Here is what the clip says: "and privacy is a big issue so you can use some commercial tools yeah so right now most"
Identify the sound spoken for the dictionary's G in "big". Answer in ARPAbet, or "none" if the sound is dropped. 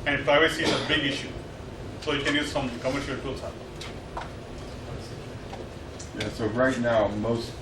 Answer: G